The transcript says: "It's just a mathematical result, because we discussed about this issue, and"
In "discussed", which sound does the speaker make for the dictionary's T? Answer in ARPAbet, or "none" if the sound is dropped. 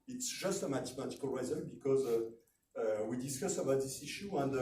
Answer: none